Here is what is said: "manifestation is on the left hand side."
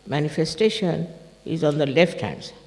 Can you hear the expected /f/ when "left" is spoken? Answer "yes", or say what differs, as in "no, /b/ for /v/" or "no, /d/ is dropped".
yes